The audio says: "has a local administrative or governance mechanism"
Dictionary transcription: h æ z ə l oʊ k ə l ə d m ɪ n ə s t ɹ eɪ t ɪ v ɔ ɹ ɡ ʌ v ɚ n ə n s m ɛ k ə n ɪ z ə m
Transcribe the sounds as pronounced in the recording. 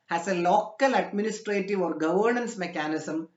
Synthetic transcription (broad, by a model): h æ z ə l oʊ k ə l ə d m ɪ n ə s t ɹ eɪ t ɪ v ɔ ɹ ɡ ʌ v ɚ n ə n s m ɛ k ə n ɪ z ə m